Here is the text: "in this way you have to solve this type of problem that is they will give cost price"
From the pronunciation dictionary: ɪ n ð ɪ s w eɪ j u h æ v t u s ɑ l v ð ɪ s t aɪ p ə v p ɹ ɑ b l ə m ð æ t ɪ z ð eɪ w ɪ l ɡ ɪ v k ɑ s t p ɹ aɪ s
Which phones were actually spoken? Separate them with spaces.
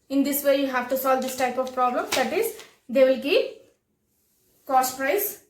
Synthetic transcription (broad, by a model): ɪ n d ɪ s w eɪ j u h æ v t u s ɑ l v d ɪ s t aɪ p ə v p ɹ ɑ b l ə m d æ t ɪ z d eɪ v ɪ l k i p k ɑ s t p ɹ aɪ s